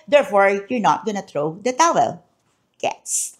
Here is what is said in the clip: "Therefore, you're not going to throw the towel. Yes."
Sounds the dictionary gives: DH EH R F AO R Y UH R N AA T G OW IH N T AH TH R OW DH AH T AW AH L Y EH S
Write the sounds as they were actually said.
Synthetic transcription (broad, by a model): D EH R F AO R Y UH R N AA T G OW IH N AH T R OW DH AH T AW AH L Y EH S